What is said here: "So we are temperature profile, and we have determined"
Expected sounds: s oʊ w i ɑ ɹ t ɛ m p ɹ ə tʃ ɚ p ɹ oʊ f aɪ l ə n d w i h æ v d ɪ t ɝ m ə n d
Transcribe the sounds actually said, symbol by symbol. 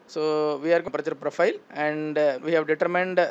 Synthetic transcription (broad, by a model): s oʊ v i ɑ ɹ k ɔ p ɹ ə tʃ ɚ p ɹ oʊ f aɪ l ə n d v i h æ v d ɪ t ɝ m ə n d